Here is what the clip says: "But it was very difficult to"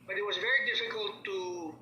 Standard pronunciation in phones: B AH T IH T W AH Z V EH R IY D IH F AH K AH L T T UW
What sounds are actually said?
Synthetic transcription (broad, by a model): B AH T IH T W AH Z V EH R IY D IH F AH K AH L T T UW